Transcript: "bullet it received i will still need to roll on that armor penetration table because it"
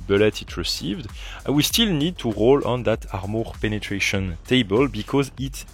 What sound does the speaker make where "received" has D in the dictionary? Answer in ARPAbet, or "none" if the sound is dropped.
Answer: D